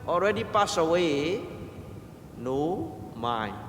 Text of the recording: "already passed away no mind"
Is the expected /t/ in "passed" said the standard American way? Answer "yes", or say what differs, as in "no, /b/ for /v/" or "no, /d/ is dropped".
no, /t/ is dropped